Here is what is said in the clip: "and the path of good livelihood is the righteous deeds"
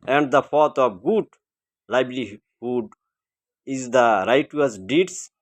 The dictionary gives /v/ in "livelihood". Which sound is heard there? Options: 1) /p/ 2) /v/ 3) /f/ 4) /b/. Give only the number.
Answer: 4